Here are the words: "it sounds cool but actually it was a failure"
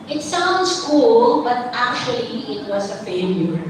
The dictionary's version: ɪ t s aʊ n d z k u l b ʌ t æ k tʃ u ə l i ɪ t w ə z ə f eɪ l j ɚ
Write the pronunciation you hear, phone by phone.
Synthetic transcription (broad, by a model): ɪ t s aʊ n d s k u l b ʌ t æ k tʃ u ə l i ɪ t w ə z ə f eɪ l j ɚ